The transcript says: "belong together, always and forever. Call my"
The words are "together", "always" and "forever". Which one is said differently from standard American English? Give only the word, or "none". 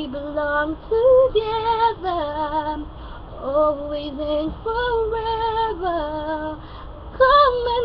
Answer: none